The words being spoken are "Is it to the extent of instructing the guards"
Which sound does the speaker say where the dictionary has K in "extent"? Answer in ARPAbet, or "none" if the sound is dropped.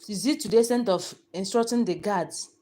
none